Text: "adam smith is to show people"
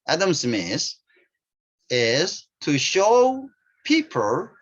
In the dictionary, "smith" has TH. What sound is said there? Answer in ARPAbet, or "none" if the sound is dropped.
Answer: S